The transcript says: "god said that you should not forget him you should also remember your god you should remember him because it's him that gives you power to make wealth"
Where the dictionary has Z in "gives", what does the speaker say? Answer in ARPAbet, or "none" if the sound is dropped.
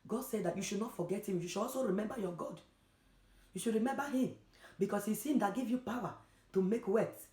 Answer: none